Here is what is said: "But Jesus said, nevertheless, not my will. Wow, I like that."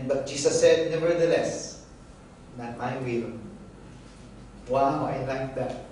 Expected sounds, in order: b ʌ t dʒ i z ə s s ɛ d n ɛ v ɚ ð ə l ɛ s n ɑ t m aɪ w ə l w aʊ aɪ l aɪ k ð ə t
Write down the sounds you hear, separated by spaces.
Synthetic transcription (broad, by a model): b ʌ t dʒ i s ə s s ɛ d n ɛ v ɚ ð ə l ɛ s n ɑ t m aɪ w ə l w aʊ aɪ l aɪ k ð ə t